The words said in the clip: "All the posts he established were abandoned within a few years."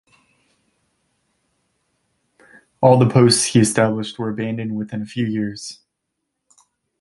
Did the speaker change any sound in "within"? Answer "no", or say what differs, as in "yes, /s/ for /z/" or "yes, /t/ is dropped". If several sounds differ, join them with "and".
no